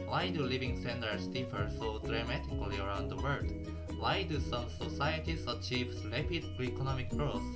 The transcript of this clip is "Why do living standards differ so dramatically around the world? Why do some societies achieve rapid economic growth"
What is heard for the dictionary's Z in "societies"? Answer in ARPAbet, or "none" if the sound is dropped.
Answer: S